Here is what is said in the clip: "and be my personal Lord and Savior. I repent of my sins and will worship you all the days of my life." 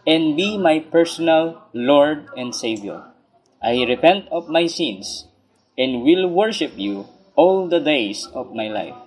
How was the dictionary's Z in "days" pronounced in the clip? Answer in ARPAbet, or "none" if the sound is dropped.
S